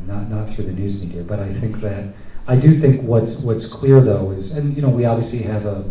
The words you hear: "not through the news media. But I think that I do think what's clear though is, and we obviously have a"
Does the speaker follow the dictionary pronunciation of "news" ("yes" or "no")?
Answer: yes